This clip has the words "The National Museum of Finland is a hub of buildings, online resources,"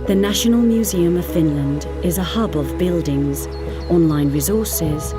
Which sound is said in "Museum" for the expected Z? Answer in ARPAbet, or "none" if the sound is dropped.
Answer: Z